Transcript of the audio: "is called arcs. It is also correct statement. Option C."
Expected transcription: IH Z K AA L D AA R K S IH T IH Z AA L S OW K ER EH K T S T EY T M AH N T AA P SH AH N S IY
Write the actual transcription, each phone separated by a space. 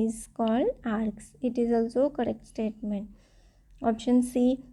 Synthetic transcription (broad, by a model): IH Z K AA L D AA R K S IH T IH Z AA L S OW K ER EH K T S T EY T M AH N T AA P SH AH N S IY